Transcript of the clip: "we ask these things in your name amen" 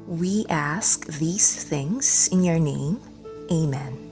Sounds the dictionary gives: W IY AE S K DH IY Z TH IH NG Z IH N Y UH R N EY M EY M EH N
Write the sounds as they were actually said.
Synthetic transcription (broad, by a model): W IY AE S K DH IY Z TH IH NG Z IH N Y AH R N EY M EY M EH N